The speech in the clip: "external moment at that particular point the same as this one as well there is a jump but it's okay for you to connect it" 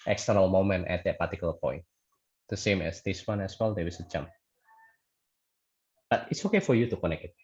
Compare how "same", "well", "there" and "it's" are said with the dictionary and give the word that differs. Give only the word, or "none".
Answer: there